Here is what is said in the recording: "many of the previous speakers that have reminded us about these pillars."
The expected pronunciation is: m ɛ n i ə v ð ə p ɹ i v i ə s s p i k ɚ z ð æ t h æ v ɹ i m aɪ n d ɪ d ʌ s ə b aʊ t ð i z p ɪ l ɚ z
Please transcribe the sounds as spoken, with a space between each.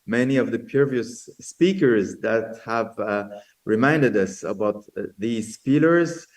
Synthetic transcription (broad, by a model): m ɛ n i ə v ð ə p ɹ v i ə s s p i k ɚ z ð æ t h æ v ɹ i m aɪ n d ɪ d ʌ s ə b aʊ t ð i z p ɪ l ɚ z